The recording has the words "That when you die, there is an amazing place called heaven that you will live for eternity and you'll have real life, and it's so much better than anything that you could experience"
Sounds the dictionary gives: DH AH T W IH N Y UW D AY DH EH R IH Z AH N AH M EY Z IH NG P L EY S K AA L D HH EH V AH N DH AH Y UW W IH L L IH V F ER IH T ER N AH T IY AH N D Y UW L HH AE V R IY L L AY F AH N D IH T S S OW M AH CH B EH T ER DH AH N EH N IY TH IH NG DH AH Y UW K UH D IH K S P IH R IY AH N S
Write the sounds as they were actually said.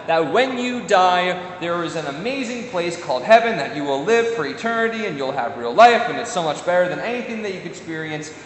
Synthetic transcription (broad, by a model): DH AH T W IH N Y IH D AY DH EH R IH Z AH N AH M EY Z IH NG P L EY S K AA L D HH EH V AH N DH AH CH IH W IH L L IH V F ER IH T ER N AH T IY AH N Y UW L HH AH V R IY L L AY F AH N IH T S S OW M AH CH B EH T ER DH AH N EH N IY TH IH NG DH AH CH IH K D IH K S P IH R IY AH N S